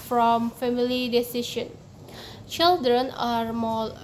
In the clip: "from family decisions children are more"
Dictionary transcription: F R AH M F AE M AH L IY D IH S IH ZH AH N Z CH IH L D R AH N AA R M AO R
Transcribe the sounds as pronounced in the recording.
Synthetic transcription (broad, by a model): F R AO M F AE M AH L IY D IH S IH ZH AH N CH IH L D R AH N AA R M AO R